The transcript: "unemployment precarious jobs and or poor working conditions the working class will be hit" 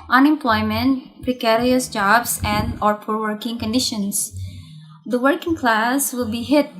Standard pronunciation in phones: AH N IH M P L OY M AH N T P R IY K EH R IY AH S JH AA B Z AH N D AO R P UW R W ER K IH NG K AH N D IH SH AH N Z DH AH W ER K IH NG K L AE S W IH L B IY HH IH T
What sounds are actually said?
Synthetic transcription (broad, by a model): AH N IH M P L OY M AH N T P R IY K EH R IY AH S JH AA B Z AH N D AO R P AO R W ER K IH NG K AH N D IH SH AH N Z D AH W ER K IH NG K L AE S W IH L B IY HH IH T